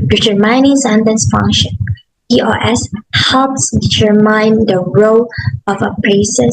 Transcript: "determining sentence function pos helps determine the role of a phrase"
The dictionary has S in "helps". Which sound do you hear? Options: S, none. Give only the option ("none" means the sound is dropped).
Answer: S